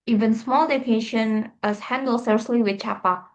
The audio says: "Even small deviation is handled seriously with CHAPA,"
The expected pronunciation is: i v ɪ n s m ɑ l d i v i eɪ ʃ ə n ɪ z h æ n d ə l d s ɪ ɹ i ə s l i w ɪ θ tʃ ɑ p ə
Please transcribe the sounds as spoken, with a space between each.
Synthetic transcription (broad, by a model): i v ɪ n s m ɑ l d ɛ f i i ʃ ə n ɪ s h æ n d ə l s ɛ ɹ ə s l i w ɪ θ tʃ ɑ p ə